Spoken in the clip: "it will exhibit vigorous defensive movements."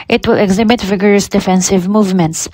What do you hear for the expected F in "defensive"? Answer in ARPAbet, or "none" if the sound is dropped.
F